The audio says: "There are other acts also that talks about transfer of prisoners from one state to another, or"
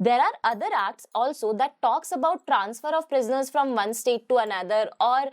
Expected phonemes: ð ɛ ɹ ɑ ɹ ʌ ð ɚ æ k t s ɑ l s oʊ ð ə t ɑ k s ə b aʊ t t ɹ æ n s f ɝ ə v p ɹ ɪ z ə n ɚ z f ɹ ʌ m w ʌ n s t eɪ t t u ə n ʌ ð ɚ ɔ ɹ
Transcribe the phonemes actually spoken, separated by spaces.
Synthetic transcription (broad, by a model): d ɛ ɹ ɑ ɹ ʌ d ɚ æ k t s ɑ l s oʊ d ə t ɑ k s ə b aʊ t t ɹ æ n s f ɝ ə v p ɹ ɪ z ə n ɚ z f ɹ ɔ m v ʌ n s t eɪ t t u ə n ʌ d ɚ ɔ ɹ